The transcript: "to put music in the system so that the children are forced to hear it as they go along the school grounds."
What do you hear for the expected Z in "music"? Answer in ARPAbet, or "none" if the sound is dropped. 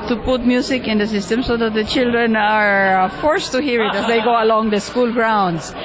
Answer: S